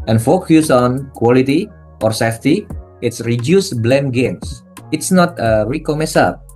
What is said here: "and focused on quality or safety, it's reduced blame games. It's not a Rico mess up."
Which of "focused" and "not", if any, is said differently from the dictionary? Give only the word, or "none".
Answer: focused